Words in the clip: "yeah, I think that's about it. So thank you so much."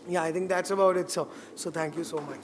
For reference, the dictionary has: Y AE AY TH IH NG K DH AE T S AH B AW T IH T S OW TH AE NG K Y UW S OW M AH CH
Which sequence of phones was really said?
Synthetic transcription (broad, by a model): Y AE AY T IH NG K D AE T S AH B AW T IH T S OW S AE NG K Y UW S OW M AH CH